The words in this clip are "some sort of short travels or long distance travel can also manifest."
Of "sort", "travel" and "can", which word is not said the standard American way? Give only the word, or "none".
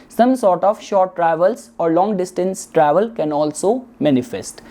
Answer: none